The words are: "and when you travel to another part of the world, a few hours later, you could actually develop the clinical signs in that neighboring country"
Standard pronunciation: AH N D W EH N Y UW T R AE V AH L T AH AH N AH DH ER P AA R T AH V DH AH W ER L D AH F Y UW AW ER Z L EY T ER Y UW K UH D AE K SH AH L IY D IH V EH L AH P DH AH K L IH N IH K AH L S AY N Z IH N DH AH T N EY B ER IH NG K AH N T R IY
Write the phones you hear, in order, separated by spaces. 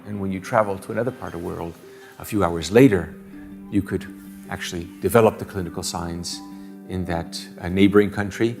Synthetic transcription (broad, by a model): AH N W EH N Y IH T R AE V L T AH AH N AH DH ER P AA R T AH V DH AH W ER L D AH F Y UW AW ER Z L EY T ER Y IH K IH D AE K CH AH L IY D IH V EH L AH P DH AH K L IH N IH K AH L S AY N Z IH N DH AH T N EY B ER IH NG K AH N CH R IY